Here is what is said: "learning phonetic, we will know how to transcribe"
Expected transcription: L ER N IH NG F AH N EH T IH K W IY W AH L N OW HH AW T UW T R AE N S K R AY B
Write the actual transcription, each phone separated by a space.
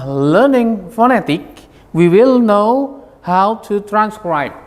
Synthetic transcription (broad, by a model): L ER N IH NG F AH N EH T IH K W IY W AH L N OW HH AW T UW T R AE N S K R AY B